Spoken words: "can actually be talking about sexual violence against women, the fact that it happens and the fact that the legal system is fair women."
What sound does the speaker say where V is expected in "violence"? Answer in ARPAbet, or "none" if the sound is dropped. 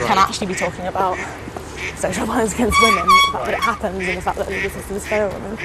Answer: P